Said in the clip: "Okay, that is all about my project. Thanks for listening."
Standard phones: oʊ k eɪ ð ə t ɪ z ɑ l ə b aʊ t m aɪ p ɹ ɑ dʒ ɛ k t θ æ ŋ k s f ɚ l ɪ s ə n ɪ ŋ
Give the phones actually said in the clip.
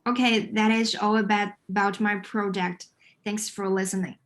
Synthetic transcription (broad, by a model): oʊ k eɪ ð ə t ɪ z ɑ l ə b aʊ t m aɪ p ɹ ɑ dʒ ɛ k t θ æ ŋ k s f ɚ l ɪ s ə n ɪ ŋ